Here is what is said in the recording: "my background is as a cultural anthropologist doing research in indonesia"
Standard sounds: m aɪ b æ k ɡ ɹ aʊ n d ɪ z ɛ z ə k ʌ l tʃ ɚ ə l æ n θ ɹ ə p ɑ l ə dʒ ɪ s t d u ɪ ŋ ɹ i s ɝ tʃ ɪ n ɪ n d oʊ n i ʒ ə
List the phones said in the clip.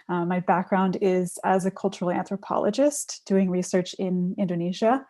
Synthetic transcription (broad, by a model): m aɪ b æ k ɡ ɹ aʊ n d ɪ z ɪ z ə k ʌ l tʃ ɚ l æ n θ ɹ ə p ɑ l ə dʒ ɪ s t d u ɪ ŋ ɹ i s ɝ tʃ ɪ n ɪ n d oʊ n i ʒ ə